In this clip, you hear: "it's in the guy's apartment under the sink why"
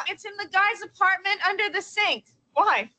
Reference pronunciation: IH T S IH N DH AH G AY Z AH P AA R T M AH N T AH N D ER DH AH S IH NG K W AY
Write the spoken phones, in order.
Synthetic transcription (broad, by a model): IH T S IH N DH AH G AY Z AH P AA R T M AH N T AH N D ER DH AH S IH NG K W AY